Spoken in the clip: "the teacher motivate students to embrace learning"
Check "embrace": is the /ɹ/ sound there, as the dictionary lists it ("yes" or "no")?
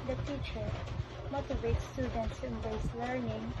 no